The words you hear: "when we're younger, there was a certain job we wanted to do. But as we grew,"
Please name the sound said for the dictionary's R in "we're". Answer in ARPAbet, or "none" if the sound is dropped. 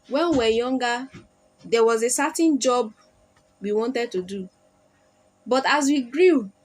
W